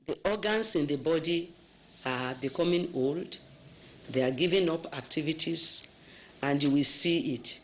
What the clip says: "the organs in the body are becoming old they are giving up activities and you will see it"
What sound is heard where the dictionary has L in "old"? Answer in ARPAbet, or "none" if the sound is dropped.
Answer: L